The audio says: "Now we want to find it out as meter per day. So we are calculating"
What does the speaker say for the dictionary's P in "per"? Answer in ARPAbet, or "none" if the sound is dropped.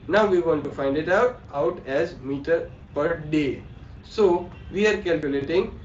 P